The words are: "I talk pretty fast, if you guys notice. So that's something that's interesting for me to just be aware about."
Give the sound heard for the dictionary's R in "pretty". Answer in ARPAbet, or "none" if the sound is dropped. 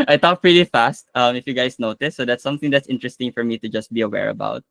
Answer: R